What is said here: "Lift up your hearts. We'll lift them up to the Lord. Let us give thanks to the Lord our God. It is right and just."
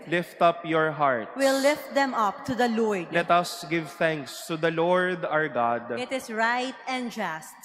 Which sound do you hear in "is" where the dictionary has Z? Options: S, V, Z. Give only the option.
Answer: S